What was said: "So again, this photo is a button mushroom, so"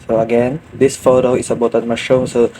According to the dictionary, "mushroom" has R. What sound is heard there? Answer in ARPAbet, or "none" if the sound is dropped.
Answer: none